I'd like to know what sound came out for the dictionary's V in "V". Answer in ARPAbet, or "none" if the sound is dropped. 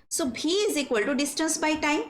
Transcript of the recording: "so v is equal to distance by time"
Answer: B